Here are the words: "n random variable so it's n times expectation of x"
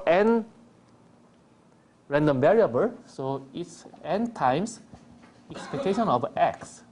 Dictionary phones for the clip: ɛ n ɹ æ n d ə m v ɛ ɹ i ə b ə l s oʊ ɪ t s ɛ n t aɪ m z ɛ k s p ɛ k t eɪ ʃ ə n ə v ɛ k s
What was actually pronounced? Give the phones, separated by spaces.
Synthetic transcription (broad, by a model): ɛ n ɹ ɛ n d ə m v ɛ ɹ i ə b ə l s oʊ ɪ t s ɛ n t aɪ m s ɛ k s p ɛ k t eɪ ʃ ə n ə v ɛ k s